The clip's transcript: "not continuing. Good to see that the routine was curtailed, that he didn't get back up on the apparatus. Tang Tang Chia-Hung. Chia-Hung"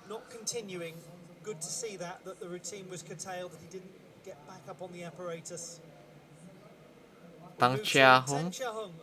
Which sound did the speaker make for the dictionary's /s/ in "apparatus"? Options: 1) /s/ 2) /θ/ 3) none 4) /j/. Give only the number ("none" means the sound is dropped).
3